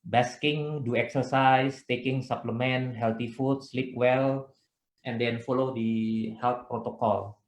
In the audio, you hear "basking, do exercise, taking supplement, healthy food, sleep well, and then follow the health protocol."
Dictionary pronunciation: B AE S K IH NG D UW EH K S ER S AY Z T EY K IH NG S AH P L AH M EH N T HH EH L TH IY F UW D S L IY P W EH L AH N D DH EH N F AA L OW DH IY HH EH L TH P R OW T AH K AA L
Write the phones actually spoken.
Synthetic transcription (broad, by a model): B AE S K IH NG D UW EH K S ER S AY S T EY K IH NG S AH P L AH M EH N HH EH L T IY F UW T S L IY P W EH L AH N D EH N F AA L OW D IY HH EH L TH P R OW T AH K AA L